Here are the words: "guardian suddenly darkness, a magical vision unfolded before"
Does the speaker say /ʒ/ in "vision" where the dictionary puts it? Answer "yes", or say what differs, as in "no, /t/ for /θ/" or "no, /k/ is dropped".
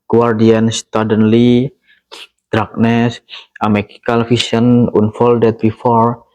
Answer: no, /s/ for /ʒ/